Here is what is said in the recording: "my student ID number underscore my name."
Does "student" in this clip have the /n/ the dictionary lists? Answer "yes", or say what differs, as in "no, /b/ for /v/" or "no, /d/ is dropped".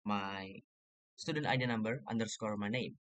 yes